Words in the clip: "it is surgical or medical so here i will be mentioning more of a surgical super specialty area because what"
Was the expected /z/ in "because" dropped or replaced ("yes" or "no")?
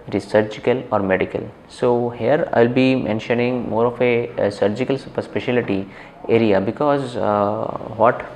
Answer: no